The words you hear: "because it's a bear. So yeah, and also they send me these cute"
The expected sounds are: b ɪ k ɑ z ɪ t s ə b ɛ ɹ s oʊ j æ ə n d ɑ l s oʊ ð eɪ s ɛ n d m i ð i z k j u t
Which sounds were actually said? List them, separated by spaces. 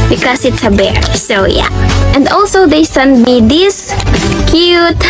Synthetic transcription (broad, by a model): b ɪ k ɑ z ɪ t s ə b ɛ ɹ s oʊ j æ ə n d ɑ l s oʊ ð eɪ s ɛ n d m i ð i s k j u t